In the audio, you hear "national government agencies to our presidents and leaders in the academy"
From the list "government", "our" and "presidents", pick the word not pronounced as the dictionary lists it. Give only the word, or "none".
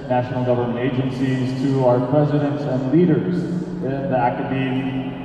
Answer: none